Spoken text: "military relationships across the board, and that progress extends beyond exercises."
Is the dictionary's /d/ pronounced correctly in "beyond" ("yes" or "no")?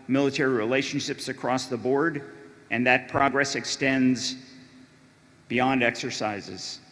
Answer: yes